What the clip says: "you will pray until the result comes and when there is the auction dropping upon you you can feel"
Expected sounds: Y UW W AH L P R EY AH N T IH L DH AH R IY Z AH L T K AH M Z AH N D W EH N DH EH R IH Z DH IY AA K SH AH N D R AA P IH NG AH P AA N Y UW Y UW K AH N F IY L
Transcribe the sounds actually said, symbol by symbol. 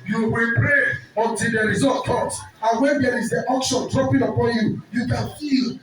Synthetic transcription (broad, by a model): Y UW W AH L P R EY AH N T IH L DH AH R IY Z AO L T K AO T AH N W EH N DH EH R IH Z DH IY AA K SH AH N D R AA P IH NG AH P AA N Y UW Y UW K AH N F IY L